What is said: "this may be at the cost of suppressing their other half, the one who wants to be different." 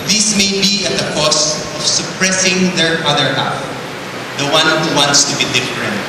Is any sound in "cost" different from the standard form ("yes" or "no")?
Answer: yes